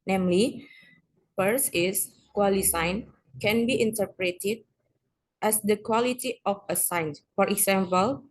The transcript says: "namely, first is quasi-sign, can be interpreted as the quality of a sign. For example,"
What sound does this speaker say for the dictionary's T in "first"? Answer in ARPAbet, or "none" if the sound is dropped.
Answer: none